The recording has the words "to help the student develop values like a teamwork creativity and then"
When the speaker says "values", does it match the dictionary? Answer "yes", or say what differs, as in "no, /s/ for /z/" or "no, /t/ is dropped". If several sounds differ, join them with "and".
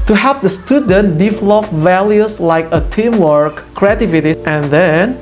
no, /s/ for /z/